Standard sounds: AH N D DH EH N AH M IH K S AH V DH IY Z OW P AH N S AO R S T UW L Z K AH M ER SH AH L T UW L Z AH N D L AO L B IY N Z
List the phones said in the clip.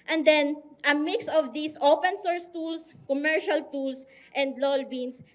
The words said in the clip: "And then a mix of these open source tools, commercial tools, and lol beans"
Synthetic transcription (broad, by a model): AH N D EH N AH M IH K S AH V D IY S OW P AH N S AO R S T UW L S K AH M ER SH AH L T UW L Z AH N D L AO L B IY N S